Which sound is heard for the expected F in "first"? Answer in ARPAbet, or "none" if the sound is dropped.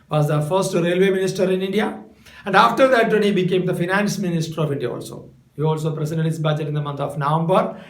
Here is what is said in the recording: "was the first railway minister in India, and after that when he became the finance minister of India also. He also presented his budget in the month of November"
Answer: F